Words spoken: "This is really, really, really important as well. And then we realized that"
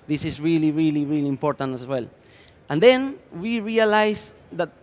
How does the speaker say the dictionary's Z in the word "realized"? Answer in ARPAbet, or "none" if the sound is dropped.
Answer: S